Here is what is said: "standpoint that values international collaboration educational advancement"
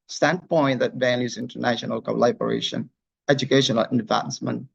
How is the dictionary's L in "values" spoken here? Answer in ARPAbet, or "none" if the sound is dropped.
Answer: N